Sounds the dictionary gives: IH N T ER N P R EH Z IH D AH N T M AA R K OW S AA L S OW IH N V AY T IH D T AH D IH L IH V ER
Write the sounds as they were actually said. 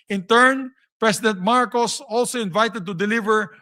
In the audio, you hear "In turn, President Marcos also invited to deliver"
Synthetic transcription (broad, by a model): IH N T ER N P R EH S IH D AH N T M AA R K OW S AA L S OW IH N V AY T IH D T AH D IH L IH V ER